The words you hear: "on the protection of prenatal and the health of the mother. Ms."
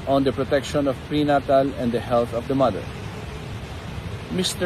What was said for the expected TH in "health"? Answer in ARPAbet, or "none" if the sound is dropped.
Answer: T